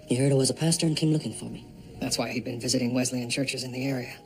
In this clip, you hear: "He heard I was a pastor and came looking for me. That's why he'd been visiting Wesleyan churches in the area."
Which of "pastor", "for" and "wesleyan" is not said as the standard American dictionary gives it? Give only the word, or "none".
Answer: none